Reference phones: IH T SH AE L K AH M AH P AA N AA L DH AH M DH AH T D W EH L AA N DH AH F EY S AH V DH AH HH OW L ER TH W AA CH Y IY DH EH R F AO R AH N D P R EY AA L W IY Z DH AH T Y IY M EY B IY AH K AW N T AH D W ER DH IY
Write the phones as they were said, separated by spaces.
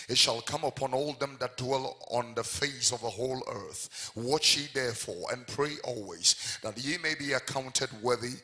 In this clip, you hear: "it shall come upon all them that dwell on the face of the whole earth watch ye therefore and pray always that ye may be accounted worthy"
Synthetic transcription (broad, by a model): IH T SH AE L K AH M AH P AA N AA L DH AH M DH AH T D W EH L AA N DH AH F EY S AH V DH AH HH OW L ER TH W AA CH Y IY DH EH R F AO R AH N P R EY AA L W IY Z DH AH T Y IY M EY B IY AH K AW N T AH D W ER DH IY